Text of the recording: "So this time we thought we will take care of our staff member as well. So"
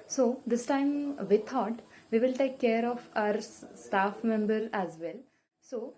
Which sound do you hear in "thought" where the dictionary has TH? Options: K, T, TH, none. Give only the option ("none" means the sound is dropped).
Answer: T